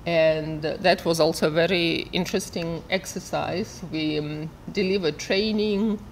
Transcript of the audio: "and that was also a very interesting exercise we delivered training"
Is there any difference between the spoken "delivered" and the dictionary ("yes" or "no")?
no